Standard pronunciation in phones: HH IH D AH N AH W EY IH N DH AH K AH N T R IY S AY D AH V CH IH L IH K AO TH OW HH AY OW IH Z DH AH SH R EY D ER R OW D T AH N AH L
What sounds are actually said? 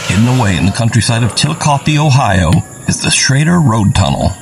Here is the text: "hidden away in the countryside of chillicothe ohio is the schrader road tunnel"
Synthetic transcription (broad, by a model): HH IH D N AH W EY IH N DH AH K AH N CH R IY S AY D AH V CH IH L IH K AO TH OW HH AY OW IH Z DH AH S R EY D ER R OW D T AH N L